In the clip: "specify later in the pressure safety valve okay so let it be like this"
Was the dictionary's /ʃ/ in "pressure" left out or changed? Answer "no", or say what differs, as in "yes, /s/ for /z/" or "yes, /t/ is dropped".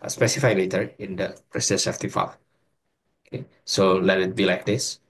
yes, /s/ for /ʃ/